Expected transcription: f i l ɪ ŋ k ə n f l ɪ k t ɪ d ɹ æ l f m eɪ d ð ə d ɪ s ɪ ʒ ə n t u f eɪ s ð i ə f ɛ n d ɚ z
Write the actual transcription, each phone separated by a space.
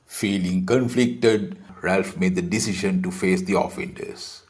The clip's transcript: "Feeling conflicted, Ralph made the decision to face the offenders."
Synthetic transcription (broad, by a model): f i l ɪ ŋ k ə n f l ɪ k t ɪ d ɹ æ l f m eɪ d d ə d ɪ s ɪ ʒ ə n t u f eɪ s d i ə f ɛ n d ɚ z